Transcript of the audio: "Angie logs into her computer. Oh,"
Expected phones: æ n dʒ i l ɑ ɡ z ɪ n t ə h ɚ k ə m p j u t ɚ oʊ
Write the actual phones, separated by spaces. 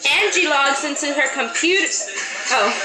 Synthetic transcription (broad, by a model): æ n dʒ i l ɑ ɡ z ɪ n t ə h ɚ k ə m p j u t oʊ